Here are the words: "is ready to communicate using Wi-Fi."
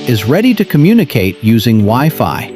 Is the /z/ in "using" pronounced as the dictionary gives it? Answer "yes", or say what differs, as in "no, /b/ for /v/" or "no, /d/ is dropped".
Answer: yes